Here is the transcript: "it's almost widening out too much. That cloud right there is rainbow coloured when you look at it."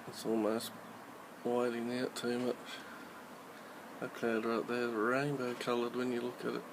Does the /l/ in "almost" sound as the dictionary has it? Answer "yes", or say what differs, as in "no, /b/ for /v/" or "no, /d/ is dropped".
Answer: yes